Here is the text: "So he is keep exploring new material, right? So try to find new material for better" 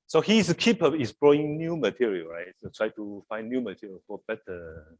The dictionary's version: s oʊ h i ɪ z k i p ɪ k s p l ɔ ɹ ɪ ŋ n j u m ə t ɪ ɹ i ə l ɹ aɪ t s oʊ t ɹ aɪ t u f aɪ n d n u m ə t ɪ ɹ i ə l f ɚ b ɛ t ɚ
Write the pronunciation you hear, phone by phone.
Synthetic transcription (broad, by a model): s oʊ h i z k i p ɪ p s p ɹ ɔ ɪ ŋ n j u m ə t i ɹ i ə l ɹ aɪ t s oʊ t ɹ aɪ t u f aɪ n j u m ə t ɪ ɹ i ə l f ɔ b ɛ t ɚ